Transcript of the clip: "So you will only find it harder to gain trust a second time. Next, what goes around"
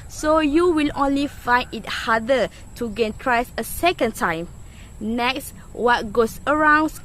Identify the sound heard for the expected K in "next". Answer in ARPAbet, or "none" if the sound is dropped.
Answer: K